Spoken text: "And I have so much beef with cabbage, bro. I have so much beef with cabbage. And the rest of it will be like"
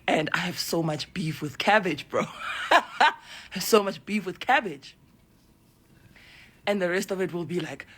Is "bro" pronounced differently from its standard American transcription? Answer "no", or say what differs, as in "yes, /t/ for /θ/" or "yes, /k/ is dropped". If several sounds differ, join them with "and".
no